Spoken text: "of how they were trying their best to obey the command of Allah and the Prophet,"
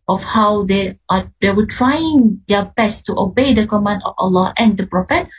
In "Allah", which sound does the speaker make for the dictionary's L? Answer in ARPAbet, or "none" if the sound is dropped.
L